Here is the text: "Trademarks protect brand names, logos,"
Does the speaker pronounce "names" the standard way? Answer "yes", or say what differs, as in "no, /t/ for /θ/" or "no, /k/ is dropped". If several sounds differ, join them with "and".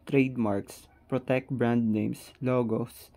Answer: no, /s/ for /z/